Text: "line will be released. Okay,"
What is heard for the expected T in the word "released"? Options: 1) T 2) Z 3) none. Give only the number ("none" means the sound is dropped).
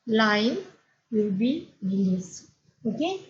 3